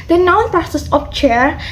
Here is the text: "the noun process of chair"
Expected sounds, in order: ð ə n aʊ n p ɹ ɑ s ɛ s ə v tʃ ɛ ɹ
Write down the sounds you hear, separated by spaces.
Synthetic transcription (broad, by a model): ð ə n aʊ n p ɑ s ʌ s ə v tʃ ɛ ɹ